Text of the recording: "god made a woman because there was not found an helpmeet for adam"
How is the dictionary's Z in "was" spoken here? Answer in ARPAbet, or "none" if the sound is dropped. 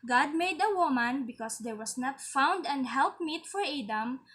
S